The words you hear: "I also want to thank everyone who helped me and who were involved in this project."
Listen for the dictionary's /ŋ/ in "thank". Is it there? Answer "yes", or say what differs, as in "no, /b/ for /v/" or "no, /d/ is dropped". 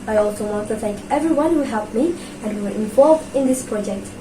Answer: no, /ŋ/ is dropped